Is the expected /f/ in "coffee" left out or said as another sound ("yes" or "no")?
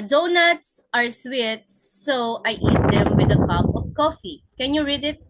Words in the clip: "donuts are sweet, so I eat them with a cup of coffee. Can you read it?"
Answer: no